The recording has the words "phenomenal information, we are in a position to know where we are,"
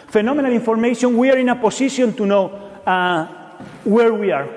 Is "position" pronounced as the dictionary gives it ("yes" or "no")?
no